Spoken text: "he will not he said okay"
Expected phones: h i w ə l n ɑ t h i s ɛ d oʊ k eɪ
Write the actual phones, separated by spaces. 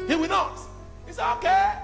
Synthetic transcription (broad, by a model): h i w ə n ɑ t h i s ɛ oʊ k eɪ